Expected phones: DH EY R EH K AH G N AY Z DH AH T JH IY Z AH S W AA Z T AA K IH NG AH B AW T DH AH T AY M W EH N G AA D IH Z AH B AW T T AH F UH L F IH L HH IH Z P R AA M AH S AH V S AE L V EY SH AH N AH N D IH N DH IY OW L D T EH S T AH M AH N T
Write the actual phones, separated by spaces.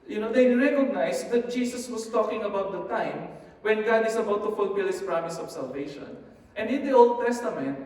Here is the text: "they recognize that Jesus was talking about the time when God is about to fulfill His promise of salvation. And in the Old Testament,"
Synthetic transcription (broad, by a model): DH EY R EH K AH G N AY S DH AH T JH IY S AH S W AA S T AA K IH NG AH B AW T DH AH T AY M W EH N G AA D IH S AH B AW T T AH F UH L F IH L HH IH S P R AA M AH S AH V S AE L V EY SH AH N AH N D IH N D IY OW L D T EH S T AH M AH N T